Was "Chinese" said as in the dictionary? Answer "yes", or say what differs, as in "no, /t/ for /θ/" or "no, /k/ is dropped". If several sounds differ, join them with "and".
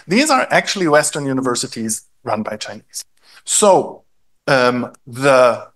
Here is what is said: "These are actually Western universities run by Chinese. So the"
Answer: yes